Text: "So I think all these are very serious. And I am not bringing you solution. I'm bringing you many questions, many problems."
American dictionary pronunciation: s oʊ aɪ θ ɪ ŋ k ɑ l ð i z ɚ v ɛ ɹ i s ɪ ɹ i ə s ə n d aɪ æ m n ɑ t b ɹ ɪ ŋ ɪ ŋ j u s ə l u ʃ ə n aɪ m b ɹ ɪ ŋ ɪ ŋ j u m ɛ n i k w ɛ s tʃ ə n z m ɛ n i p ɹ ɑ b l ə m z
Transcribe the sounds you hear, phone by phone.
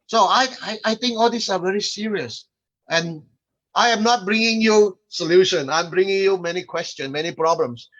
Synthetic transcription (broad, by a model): s oʊ aɪ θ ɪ ŋ k ɑ l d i s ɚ v ɛ ɹ i s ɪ ɹ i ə s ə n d aɪ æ m n ɑ t b ɹ ɪ ŋ ɪ ŋ j u s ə l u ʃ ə n aɪ m b ɹ ɪ ŋ ɪ ŋ j u m ɛ n i k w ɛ s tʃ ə n m ɛ n i p ɹ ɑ b l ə m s